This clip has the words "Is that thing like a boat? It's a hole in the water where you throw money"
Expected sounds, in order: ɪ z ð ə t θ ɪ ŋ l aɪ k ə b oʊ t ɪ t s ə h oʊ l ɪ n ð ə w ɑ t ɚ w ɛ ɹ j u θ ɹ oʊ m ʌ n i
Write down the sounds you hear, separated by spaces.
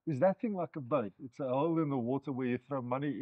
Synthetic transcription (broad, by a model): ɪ z ð ə t θ ɪ ŋ l aɪ k ə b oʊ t ɪ t s ə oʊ l ɪ n ð ə w ɑ t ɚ w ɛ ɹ j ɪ θ ɹ oʊ m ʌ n i